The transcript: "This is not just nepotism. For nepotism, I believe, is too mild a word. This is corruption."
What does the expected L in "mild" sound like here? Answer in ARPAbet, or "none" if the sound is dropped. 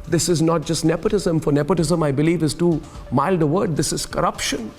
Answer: L